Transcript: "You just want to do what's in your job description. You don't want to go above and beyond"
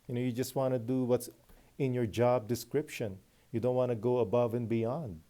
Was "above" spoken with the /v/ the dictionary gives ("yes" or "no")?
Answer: yes